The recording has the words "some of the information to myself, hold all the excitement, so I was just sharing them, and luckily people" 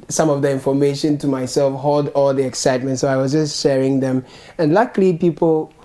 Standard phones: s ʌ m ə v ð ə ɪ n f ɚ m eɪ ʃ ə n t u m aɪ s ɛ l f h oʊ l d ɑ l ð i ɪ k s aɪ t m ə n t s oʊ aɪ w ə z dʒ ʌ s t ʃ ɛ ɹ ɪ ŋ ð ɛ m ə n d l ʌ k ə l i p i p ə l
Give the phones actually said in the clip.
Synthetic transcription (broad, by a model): s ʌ m ə v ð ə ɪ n f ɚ m eɪ ʃ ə n t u m aɪ s ɛ l f h oʊ l d ɑ l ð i ɪ k s aɪ t m ə n t s oʊ aɪ w ə z dʒ ʌ s t ʃ ɛ ɹ ɪ ŋ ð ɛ m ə n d l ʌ k l i p i p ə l